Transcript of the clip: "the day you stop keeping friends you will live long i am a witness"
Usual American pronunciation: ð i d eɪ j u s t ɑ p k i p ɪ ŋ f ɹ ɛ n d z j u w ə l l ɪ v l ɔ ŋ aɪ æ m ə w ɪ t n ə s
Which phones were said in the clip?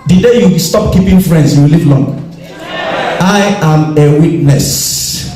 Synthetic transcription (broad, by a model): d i d eɪ j u s t ɑ p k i p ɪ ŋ f ɹ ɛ n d s j u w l l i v l ɔ ŋ aɪ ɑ m ə w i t n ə s